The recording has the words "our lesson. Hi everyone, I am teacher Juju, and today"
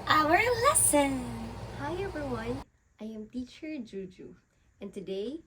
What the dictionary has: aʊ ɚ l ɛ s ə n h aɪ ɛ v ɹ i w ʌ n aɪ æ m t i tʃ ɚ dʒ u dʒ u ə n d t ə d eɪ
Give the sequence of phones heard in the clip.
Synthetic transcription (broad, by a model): aʊ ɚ l ɛ s ə n h aɪ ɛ b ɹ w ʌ n aɪ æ m t i tʃ ɚ dʒ u dʒ u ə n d t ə d eɪ